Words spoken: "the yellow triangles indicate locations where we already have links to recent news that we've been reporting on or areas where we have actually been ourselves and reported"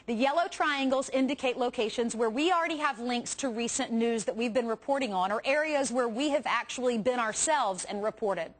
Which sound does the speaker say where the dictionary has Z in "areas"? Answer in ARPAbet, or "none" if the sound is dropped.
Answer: Z